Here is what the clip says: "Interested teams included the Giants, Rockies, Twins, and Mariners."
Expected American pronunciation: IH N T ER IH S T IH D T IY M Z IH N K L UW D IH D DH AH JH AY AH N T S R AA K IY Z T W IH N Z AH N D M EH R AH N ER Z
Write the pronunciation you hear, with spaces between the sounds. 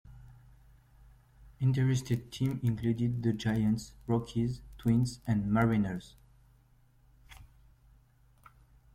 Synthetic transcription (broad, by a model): IH N T ER IH S T IH D T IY M IH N K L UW D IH D DH AH JH AY AH N T S R AA K IY Z T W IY N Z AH N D M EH R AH N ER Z